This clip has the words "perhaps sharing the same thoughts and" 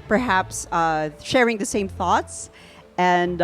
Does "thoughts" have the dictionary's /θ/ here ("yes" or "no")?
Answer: yes